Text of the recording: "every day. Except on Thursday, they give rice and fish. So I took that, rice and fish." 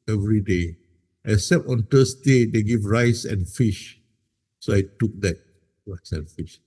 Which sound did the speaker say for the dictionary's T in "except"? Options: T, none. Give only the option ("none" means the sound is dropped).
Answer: none